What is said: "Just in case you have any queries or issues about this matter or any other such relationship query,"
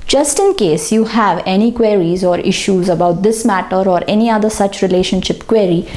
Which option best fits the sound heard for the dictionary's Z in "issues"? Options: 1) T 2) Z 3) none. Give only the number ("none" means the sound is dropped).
2